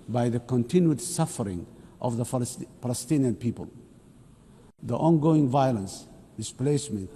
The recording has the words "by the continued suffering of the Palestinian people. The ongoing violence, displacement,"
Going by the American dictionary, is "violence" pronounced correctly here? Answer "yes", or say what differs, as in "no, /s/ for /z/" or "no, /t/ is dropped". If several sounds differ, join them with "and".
yes